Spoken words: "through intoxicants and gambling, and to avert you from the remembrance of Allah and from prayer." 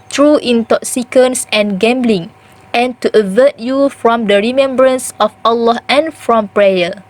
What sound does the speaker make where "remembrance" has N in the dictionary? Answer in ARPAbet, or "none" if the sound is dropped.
N